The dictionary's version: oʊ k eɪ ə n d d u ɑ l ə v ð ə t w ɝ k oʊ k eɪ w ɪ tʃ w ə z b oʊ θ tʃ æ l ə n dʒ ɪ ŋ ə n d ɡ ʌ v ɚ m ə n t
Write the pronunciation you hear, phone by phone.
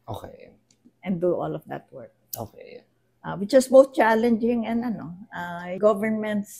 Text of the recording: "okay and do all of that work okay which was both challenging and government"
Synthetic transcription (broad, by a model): oʊ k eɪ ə n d d u ɑ l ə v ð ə t w ɝ k oʊ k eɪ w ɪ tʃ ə s b oʊ θ tʃ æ l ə n dʒ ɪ ŋ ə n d ɡ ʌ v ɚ m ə n t